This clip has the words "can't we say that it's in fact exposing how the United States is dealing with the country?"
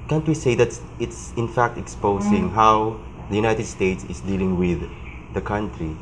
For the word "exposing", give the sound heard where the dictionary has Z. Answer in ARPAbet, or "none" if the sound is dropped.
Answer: S